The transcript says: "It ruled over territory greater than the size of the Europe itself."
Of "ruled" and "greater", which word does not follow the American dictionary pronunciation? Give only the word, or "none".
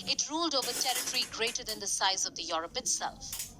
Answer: none